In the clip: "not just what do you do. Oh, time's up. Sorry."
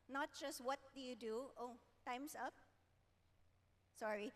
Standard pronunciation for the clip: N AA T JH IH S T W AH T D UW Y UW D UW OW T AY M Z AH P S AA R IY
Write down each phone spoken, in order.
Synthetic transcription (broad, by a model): N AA T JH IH S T W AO T D UW Y UW D UW OW T AY M S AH P S AA R IY